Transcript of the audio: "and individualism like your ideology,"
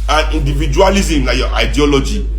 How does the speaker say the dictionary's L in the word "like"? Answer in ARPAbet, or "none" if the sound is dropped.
N